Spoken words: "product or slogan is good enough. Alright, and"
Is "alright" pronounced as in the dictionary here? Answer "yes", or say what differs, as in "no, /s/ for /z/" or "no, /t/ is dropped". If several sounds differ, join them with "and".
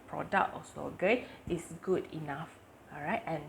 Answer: no, /l/ is dropped